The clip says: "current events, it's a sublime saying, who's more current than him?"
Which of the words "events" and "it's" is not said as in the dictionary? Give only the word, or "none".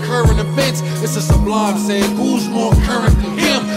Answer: events